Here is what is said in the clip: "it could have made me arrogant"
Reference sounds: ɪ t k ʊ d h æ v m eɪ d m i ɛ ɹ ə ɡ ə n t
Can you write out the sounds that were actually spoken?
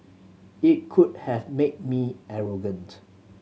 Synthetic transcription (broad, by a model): ɪ t k ʊ d h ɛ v m eɪ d m i ɛ ɹ ə ɡ ə n t